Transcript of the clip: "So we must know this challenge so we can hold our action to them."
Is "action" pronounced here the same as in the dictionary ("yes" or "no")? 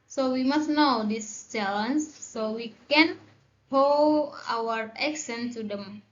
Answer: no